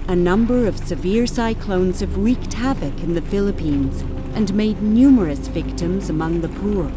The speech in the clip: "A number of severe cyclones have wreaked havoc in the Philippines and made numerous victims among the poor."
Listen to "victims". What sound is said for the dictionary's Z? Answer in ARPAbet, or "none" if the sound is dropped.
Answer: Z